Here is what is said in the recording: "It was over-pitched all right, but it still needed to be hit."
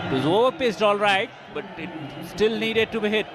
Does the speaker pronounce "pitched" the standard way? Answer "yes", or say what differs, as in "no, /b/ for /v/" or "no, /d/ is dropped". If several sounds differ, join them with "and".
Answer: no, /s/ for /tʃ/